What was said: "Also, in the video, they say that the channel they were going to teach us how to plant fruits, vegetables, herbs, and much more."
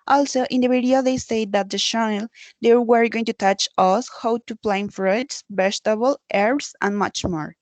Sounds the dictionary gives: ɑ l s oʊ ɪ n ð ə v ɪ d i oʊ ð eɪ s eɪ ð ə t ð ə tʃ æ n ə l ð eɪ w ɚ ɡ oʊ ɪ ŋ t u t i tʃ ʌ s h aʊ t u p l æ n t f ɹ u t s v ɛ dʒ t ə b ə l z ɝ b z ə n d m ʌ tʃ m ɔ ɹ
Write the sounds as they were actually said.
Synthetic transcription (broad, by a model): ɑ l s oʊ ɪ n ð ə b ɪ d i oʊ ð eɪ s eɪ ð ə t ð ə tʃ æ n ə l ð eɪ w ɚ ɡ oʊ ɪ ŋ t u t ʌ tʃ ʌ s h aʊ t u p l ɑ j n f ɹ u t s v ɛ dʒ t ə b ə l ɝ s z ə n m ʌ tʃ m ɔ ɹ